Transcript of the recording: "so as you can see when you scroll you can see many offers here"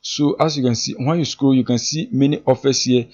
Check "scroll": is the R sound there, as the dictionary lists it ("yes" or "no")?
no